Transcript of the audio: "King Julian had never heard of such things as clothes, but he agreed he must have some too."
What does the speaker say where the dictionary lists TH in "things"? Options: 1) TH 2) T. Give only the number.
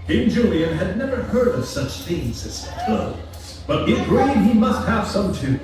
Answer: 1